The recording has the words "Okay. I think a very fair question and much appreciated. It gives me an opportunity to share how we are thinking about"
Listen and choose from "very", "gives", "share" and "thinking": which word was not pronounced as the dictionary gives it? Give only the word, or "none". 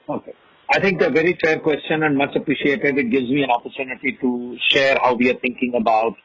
thinking